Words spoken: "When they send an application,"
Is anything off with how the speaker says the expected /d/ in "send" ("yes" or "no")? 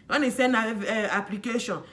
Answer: yes